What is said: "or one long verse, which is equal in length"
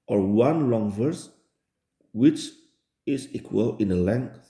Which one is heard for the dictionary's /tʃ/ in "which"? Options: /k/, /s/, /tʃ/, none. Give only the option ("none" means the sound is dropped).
/tʃ/